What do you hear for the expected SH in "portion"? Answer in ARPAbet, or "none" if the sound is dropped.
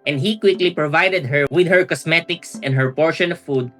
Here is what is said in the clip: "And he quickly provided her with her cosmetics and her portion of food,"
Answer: SH